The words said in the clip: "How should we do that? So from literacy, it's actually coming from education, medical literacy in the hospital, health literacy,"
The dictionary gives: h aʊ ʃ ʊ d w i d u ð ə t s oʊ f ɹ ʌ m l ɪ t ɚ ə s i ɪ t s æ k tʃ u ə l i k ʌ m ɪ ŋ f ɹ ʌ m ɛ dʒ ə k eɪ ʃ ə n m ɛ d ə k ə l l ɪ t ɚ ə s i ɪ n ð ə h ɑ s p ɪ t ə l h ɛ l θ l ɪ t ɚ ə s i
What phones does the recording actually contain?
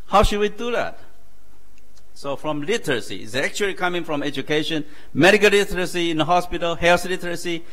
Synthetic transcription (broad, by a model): h aʊ ʃ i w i d u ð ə t s oʊ f ɹ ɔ m l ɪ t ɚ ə s i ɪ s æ k tʃ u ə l i k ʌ m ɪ ŋ f ɹ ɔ m ɛ dʒ ə k eɪ ʃ ə n m ɛ d ə k ə l l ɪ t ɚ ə s i ɪ n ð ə h ɑ s p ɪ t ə l h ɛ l s l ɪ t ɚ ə s i